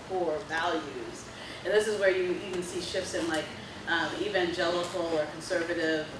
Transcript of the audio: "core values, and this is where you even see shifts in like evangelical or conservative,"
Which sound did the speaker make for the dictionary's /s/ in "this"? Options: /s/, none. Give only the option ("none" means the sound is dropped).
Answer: /s/